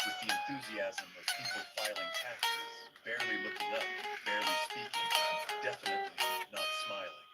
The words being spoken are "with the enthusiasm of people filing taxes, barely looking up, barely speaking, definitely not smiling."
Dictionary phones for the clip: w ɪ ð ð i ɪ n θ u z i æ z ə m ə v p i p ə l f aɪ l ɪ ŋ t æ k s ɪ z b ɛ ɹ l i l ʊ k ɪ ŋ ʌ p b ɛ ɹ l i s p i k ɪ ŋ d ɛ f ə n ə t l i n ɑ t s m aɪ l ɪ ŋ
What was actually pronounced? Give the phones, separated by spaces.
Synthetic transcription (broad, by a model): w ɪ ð ð i ɪ n θ u z i æ z ə m ə v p i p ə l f aɪ l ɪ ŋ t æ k ɪ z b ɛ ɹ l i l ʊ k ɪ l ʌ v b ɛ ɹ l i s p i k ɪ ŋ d ɛ f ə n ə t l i n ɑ t s m aɪ l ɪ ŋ